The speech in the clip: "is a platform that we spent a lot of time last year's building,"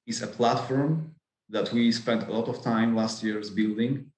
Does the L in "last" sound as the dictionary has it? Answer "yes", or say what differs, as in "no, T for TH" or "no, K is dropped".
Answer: yes